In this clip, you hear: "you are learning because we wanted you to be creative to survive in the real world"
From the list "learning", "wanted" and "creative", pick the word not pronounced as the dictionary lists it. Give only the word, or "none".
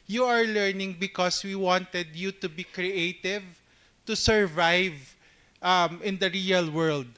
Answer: none